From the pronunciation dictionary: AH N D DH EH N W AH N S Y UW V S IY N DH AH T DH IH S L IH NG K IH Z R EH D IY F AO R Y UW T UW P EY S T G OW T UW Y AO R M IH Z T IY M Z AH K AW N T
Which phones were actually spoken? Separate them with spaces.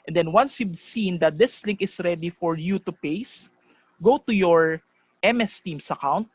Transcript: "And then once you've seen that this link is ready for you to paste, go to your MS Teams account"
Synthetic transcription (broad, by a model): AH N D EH N W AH N S Y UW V S IY N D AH T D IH S L IH NG K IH S R EH D IY F AO R Y UW T UW P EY S G OW T UW Y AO R M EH S T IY M S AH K AW N T